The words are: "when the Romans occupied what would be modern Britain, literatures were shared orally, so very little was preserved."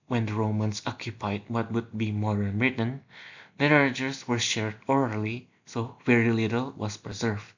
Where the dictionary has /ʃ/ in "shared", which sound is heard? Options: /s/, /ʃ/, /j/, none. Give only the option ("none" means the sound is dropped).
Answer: /ʃ/